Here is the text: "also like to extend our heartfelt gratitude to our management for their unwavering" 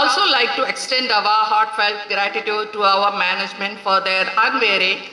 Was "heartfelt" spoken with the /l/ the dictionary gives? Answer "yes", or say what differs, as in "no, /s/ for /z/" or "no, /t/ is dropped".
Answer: yes